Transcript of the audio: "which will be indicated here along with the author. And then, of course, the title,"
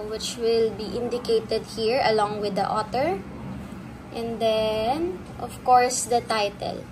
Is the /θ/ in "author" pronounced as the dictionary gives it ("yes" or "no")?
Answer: no